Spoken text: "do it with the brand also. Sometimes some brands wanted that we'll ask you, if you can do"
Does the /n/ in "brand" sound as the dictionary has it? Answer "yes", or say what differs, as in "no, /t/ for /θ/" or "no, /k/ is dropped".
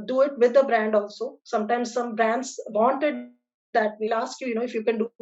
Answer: yes